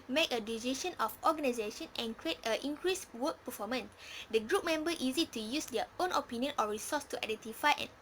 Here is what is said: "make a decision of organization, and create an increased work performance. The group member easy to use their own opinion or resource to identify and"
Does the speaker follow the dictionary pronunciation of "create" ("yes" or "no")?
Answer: yes